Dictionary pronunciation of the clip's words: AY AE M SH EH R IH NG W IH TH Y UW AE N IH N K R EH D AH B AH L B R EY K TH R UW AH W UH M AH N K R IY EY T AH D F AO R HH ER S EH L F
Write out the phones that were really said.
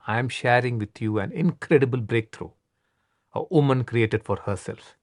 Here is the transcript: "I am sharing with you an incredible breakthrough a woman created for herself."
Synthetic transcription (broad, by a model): AY M SH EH R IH NG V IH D Y UW AE N IH N K R EH D AH B AH L B R EY K T R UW AH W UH M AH N K R IY EY T AH D F AO R HH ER S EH L F